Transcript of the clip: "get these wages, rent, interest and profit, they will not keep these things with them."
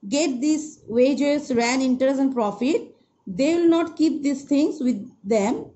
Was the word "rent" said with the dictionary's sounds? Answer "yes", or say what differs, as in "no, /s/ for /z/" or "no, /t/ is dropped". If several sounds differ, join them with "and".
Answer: no, /t/ is dropped